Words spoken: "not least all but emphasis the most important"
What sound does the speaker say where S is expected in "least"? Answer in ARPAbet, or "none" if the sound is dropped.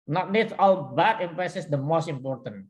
none